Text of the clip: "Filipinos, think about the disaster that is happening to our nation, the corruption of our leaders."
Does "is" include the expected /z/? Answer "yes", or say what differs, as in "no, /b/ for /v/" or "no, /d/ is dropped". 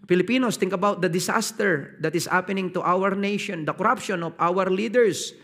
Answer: no, /s/ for /z/